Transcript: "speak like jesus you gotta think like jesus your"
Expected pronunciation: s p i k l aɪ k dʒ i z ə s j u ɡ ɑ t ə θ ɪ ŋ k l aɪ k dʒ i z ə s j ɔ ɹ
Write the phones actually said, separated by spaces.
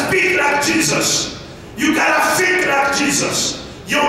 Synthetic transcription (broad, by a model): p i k l aɪ k dʒ i z ə s j u ɡ ɑ t ə f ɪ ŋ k l aɪ k dʒ i z ə s j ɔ